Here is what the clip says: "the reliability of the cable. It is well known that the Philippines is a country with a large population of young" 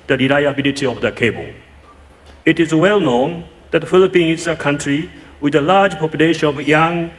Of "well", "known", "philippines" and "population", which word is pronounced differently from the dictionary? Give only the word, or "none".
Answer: philippines